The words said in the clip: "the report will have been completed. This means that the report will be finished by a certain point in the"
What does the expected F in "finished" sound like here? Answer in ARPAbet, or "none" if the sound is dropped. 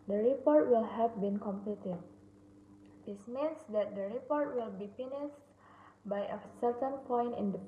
P